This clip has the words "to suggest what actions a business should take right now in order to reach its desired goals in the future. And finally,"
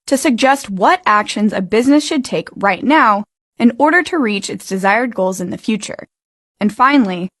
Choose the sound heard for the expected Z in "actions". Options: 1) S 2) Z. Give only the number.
2